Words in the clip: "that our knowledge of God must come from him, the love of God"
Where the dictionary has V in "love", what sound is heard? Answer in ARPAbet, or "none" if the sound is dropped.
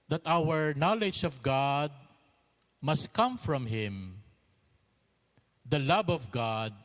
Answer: B